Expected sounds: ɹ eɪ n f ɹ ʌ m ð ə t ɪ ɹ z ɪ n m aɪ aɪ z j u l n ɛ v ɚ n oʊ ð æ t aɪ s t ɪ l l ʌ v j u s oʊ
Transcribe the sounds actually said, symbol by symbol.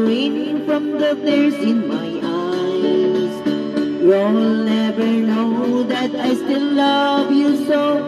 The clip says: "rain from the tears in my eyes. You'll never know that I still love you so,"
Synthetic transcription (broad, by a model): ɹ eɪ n f ɹ ʌ m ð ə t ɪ ɹ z ɪ n m aɪ aɪ z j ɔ n n ɛ v ɚ n oʊ ð æ t aɪ s t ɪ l l ʌ v j u s oʊ